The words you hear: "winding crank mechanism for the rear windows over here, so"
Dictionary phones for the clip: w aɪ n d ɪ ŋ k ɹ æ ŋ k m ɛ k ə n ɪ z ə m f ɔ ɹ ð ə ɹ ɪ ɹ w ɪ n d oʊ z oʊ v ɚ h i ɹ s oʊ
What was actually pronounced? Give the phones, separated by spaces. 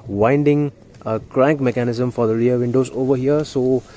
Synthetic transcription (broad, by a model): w aɪ n d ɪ ŋ k ɹ æ ŋ k m ɛ k ə n ɪ z ə m f ɔ ɹ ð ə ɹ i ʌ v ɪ n d oʊ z oʊ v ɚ h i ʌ s oʊ